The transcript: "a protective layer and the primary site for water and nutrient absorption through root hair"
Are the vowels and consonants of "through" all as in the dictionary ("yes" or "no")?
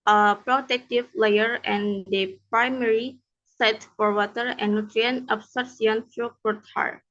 no